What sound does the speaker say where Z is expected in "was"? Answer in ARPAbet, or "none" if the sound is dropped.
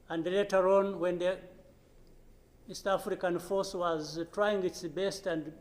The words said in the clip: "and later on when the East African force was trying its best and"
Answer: Z